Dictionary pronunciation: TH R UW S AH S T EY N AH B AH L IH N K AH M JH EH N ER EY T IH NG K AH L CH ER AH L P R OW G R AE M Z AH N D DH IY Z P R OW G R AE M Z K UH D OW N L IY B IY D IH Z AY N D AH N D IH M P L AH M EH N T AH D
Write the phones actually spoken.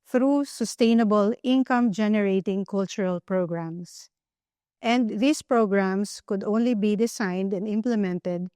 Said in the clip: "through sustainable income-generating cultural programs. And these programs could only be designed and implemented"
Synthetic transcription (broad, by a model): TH R UW S AH S T EY N AH B AH L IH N K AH M JH EH N ER EY T IH NG K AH L CH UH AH L P R OW G R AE M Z AH N D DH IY S P R OW G R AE M S K UH D OW N L IY B IY D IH S AY N D AH N D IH M P L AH M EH N T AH D